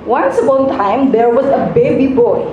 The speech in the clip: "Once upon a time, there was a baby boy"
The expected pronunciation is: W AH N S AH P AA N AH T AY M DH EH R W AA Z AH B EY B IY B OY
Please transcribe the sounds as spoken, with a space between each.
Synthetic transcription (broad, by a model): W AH N S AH B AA AH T AY M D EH R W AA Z AH B EY B IY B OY